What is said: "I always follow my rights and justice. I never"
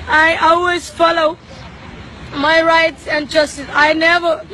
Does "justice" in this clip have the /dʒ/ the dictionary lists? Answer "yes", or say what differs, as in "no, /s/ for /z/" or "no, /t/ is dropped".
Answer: yes